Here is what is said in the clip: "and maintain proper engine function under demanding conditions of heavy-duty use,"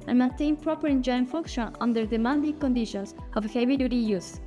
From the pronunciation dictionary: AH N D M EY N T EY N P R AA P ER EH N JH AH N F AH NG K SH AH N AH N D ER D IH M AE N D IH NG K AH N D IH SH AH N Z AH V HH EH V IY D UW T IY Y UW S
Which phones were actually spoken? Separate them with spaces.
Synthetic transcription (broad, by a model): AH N M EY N T EY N P R AA P ER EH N JH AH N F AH K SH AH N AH N D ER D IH M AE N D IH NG K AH N D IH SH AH N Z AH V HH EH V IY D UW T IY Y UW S